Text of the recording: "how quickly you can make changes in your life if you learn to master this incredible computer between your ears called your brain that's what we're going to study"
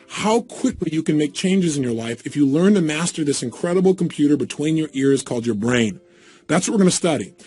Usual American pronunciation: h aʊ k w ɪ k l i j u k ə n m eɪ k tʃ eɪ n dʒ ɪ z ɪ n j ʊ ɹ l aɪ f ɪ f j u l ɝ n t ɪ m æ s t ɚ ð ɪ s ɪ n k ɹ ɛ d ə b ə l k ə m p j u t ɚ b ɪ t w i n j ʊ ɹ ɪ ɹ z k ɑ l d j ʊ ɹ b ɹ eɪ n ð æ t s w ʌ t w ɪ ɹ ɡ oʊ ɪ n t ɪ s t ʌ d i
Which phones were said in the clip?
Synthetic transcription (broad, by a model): h aʊ k w ɪ k l i j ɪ k ə n m eɪ k tʃ eɪ n dʒ ɪ z ɪ n j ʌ ɹ l aɪ f ɪ f j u l ɝ n t ɪ m æ s t ɚ ð ɪ s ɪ n k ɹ ɛ d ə b l k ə m p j u t ɚ b ɪ t w i n j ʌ ɹ ɪ ɹ z k ɑ l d j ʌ ɹ b ɹ eɪ n ð æ t s w ʌ t w ɪ ɹ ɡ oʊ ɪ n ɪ s t ʌ d i